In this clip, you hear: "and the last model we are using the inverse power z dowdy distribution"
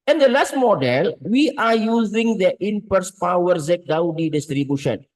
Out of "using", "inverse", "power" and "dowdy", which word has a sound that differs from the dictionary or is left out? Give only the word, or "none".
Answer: inverse